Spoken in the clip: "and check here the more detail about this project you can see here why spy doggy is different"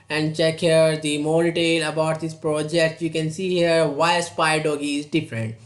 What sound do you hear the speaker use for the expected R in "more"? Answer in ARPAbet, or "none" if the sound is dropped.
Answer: L